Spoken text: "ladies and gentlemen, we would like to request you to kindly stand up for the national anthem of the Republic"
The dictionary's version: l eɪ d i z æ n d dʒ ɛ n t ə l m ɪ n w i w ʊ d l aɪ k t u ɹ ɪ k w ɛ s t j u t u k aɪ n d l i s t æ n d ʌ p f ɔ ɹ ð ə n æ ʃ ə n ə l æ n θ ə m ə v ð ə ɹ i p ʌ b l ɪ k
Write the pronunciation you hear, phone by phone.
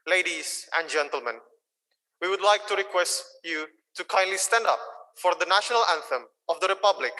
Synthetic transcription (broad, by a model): l eɪ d i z æ n d dʒ ɛ n t ə l m ɪ n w i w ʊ d l aɪ k t u ɹ ɪ k w ɛ s t j u t u k aɪ n d l i s t æ n d ʌ p f ɔ ɹ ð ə n æ ʃ ə n ə l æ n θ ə m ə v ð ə ɹ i p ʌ b l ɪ k